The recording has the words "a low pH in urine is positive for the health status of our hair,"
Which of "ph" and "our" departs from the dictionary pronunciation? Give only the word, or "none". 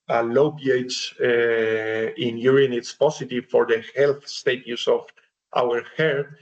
ph